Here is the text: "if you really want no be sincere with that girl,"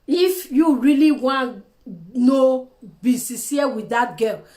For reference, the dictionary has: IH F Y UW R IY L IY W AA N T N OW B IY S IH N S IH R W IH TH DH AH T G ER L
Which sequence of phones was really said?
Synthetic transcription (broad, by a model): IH F Y UW R IY L IY W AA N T N OW B IY S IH S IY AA W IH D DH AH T G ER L